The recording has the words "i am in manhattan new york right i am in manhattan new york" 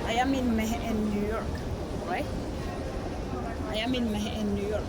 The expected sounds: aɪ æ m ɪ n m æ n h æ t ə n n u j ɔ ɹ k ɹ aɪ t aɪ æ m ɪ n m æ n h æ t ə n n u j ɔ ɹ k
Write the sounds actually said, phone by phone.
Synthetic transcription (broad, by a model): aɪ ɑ m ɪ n m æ h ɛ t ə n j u j ɔ ɹ k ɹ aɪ aɪ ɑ m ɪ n m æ h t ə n n u j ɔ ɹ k